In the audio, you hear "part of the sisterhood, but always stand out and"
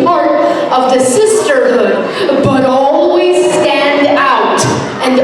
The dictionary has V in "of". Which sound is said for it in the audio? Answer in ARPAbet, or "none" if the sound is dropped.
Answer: V